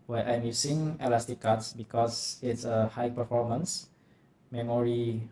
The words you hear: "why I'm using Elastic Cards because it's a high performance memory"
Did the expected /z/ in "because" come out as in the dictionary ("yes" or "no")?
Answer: no